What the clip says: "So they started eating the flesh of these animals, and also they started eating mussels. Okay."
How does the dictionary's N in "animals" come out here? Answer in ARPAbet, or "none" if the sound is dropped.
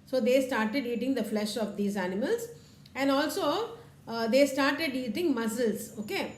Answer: N